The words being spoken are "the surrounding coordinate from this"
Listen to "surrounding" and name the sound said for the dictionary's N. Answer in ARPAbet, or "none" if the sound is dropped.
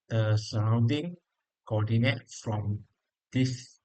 N